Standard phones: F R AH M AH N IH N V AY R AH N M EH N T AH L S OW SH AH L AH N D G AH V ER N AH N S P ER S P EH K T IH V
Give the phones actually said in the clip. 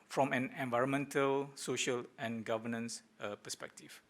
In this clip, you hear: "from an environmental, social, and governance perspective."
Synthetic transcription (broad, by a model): F R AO M AH N IH N V AY R AH N M EH N T AH L S OW SH AH L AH N G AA V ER N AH N S P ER S P EH K T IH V